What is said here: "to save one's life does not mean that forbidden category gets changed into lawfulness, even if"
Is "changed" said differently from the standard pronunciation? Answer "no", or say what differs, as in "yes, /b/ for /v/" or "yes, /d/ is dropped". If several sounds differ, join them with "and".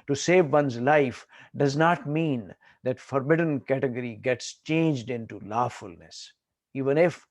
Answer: no